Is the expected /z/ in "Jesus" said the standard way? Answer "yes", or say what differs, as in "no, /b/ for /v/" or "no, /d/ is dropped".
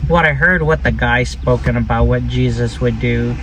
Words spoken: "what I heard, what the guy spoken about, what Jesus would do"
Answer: yes